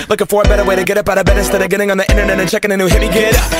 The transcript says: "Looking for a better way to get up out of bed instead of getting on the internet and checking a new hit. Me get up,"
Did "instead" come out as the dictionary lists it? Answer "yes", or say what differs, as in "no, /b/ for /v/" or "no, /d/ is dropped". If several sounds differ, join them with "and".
no, /n/ is dropped